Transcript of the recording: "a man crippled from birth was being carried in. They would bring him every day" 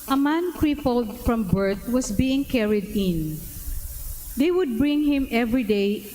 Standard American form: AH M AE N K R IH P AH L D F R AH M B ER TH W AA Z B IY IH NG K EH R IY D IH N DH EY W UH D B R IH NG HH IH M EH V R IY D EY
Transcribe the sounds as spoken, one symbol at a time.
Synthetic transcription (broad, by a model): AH M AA N K R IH P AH L D F R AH M B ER T W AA S B IY IH NG K EH R IY D IH N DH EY W UH D B R IH NG HH IH M EH V R IY D EY